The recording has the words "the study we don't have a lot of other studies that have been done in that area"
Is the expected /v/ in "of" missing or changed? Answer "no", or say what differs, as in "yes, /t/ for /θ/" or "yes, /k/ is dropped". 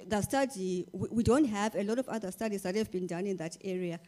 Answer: no